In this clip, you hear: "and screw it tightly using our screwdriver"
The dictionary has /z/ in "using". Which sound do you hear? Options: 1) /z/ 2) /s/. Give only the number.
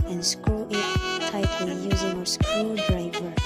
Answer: 1